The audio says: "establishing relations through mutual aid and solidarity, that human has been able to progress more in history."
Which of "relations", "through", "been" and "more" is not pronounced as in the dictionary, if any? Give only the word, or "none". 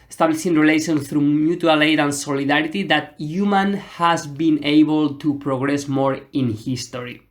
relations